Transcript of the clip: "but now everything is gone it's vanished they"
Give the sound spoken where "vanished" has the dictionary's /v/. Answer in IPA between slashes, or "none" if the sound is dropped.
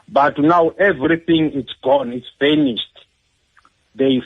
/f/